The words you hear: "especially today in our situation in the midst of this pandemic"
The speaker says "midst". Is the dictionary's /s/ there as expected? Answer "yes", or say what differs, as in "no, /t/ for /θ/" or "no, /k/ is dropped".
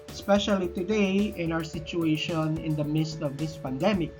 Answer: yes